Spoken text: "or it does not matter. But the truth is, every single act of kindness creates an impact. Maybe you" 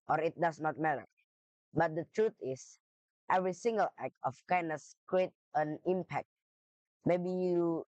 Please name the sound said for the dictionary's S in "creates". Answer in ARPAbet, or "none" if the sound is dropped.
none